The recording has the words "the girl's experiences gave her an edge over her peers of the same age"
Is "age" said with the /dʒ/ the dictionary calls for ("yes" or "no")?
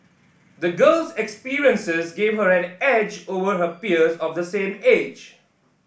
yes